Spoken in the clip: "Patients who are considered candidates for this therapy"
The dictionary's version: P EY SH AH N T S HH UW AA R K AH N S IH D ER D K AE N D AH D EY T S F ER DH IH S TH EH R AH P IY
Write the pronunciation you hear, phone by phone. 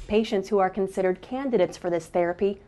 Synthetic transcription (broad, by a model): P EY SH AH N T S HH UW AA R K AH N S IH D ER D K AE N D AH D EY T S F ER DH IH S TH EH R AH P IY